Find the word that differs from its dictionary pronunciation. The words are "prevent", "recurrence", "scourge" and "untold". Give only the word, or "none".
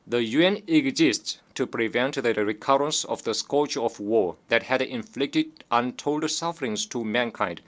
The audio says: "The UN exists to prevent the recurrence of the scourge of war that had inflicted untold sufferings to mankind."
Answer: scourge